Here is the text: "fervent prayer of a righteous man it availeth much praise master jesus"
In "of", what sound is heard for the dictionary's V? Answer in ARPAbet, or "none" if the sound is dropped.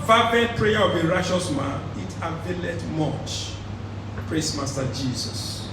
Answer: B